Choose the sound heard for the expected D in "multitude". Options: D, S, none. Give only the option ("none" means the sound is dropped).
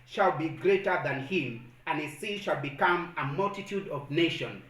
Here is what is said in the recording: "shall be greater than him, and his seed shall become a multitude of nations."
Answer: D